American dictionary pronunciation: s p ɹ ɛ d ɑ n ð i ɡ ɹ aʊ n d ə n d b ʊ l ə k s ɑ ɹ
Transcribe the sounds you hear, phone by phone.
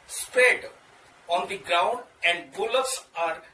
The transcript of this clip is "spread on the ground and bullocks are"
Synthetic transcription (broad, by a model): s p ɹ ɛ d ɑ n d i ɡ ɹ aʊ n d ə n d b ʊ l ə s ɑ ɹ